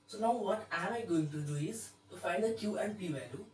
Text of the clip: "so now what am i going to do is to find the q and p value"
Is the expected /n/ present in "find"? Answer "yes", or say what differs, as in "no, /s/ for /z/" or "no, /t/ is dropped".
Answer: yes